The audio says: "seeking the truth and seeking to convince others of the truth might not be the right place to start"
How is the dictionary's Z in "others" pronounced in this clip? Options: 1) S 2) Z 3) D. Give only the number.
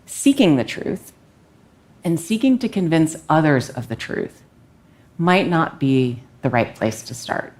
2